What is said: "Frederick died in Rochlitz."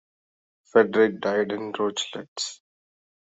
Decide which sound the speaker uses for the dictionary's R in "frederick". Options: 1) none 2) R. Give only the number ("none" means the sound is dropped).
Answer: 1